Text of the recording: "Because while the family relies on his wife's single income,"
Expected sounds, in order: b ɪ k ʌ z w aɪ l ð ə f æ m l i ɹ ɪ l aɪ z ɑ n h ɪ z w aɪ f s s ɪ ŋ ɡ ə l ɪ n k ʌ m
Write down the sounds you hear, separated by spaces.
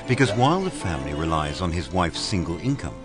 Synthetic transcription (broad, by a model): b ɪ k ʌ z w aɪ l ð ə f æ m l i ɹ ɪ l aɪ z n ɪ z w aɪ f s s ɪ ŋ ɡ ə l ɪ n k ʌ m